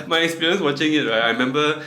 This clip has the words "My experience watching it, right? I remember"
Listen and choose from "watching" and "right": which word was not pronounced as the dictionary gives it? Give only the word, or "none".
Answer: none